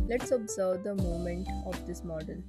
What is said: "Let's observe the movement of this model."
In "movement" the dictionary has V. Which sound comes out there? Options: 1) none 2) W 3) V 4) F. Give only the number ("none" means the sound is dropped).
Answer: 1